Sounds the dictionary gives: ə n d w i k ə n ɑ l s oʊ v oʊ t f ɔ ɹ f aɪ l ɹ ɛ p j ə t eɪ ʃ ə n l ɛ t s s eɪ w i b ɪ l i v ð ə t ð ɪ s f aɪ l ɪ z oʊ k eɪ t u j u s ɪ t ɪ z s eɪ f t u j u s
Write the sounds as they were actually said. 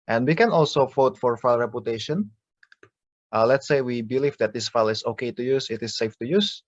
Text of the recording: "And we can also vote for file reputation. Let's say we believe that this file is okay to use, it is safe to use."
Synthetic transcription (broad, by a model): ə n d w i k ə n ɑ l s oʊ f oʊ t f ɔ ɹ f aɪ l ɹ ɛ p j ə t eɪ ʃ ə n l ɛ t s s eɪ w i b ɪ l i v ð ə t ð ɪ s f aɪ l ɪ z oʊ k eɪ t u j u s ɪ t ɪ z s eɪ f t u j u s